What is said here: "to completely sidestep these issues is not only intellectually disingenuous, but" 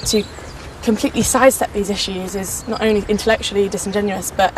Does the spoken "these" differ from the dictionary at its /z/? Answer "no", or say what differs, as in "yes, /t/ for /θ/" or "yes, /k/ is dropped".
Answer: no